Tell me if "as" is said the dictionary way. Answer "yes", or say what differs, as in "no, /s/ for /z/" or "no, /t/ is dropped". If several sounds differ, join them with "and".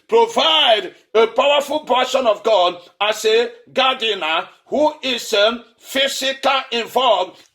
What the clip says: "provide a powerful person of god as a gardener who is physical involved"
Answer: no, /s/ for /z/